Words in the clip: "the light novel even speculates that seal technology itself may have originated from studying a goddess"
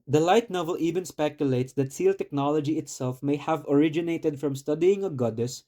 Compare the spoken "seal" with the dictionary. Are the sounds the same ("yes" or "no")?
yes